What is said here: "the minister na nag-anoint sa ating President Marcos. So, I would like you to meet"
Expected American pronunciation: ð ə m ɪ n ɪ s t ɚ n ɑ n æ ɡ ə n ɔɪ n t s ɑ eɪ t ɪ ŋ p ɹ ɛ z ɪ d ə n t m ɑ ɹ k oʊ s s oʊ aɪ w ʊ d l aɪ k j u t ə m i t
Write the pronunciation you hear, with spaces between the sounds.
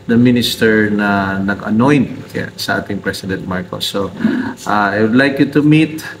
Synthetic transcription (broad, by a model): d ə m ɪ n ɪ s t ɚ n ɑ n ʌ ɡ ə n ɔɪ n t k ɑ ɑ t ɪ ŋ p ɹ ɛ s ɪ d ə n t m ɑ ɹ k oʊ s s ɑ aɪ w ʊ d l aɪ k j u t ə m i t